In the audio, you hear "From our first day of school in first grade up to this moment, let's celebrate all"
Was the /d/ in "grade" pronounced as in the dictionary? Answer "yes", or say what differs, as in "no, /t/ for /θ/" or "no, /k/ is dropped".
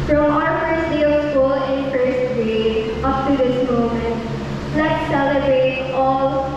no, /d/ is dropped